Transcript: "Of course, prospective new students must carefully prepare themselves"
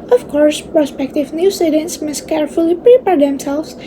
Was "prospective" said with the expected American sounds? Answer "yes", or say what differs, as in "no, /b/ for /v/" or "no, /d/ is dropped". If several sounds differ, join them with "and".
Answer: yes